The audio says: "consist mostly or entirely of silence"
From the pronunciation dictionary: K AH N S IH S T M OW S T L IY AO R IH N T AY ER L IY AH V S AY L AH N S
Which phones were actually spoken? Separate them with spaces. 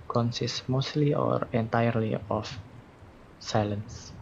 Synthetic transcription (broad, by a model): K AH N S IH S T M OW S T L IY AO R IH N T AY ER L IY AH F S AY L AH N S